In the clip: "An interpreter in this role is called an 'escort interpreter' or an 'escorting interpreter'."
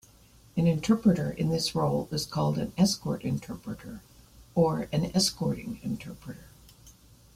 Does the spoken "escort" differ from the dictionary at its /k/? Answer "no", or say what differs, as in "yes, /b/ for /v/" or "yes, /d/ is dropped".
no